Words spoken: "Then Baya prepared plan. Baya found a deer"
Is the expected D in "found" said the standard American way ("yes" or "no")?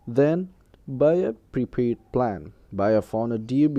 no